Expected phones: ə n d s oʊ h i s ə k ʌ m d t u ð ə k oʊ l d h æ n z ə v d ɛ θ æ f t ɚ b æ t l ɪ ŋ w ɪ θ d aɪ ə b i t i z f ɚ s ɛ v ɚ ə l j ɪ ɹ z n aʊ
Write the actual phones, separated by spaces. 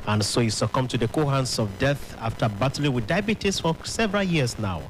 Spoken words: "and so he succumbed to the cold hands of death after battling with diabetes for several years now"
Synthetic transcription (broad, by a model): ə n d s oʊ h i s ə k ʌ m t u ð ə k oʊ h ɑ n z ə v d ɛ θ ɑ f t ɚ b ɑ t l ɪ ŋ w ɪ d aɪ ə b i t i s f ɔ s ɛ v ɚ ə l j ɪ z n aʊ